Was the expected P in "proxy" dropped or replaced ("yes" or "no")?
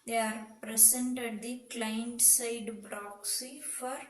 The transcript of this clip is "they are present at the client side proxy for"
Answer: yes